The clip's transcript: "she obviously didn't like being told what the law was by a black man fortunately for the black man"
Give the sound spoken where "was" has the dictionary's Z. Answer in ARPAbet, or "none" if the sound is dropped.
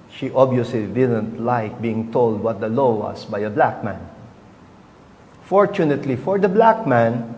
S